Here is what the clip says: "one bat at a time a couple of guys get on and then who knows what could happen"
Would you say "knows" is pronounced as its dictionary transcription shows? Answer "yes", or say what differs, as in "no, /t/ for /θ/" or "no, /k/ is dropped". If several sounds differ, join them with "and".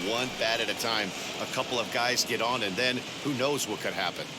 yes